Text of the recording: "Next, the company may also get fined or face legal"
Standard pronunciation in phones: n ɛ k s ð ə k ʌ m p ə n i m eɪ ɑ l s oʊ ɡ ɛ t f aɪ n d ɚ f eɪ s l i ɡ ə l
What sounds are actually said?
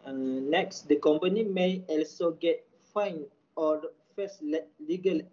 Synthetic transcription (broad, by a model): n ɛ k s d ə k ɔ m p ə n i m eɪ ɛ l s oʊ ɡ ɛ t f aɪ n ɔ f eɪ s l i ɡ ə l